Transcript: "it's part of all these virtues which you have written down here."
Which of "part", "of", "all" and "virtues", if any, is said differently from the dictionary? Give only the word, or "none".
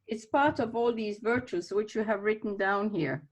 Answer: none